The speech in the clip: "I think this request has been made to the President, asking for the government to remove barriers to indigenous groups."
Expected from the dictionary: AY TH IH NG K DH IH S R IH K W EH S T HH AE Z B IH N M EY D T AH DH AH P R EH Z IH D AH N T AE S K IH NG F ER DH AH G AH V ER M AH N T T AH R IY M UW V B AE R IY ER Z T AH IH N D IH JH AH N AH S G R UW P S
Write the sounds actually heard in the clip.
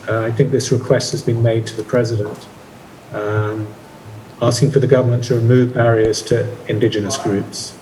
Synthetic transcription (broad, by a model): AY TH IH NG K DH IH S R IH K W EH S T HH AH Z B IH N M EY D T AH DH AH P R EH Z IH D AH N T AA S K IH NG F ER DH AH G AH V ER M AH N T T AH R IY M UW V B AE R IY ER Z T AH IH N D IH JH AH N AH S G R UW P S